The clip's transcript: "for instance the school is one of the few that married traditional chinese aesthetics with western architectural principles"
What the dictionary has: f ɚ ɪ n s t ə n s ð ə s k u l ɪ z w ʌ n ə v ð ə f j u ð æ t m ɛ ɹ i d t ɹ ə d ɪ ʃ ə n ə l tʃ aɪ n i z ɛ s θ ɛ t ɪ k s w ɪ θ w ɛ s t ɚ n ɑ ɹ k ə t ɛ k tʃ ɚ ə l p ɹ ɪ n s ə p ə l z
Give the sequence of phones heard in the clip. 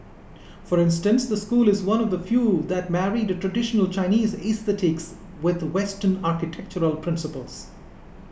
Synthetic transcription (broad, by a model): f ɚ ɪ n s t ə n s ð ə s k u l ɪ z w ʌ n ə v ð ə f j u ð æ t m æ ɹ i d t ɹ ə d ɪ ʃ ə n ə l tʃ aɪ n i z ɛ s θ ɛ t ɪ k s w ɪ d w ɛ s t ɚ n ɑ ɹ k ə t ɛ k tʃ ɚ ə l p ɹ ɪ n s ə p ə l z